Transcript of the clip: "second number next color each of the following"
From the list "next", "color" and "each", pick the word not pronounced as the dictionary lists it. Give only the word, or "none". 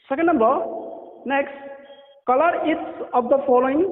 each